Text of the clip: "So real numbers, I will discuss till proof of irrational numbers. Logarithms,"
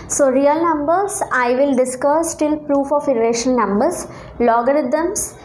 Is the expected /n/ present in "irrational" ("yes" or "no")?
no